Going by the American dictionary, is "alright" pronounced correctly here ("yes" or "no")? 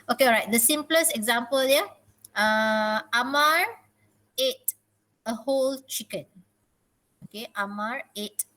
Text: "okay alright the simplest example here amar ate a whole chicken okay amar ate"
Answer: no